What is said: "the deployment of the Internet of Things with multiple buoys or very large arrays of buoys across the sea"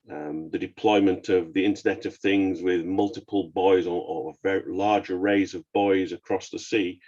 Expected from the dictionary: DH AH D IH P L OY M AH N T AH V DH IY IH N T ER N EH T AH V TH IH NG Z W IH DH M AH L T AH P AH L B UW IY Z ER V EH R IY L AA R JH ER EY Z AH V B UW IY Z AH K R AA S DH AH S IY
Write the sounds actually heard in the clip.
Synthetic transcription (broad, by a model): DH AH D IH P L OY M AH N T AH V DH IY IH N T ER N EH T AH V TH IH NG Z W IH DH M AH L T AH P AH L B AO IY Z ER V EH R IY L AA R JH ER EY Z AH V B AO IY Z AH K R AA S DH AH S IY